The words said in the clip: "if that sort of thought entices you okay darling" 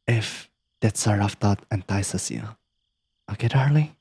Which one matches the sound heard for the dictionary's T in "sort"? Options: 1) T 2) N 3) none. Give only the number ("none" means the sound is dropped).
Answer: 3